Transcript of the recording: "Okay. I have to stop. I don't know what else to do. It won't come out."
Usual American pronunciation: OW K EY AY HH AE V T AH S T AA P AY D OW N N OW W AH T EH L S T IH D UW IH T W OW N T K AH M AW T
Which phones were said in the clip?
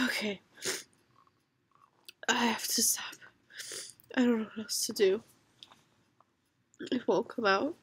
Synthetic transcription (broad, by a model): OW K EY AY HH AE F T AH S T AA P AY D OW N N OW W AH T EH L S T IH D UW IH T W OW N K AH M AW T